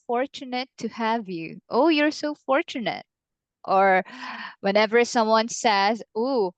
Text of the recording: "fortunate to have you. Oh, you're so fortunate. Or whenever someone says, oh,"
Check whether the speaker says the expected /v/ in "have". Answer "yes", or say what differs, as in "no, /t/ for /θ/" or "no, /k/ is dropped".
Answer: yes